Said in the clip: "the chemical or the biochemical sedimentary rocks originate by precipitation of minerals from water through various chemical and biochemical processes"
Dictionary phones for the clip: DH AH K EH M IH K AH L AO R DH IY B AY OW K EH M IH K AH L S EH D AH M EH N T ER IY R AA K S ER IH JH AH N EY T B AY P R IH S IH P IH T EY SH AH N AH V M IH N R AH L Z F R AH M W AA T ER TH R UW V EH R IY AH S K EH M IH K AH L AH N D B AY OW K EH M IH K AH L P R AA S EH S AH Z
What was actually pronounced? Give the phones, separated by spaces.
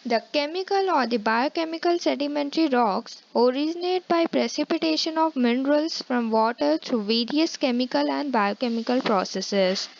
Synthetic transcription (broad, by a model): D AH K EH M IH K AH L AO R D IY B AY OW K EH M IH K AH L S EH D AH M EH N T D IY R AA K S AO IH JH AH N EY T B AY P R IH S IH P IH T EY SH AH N AH V M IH N R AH L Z F R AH M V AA T ER T R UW V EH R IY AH S K EH M IH K AH L AH N D B AY OW K EH M IH K AH L P R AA S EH S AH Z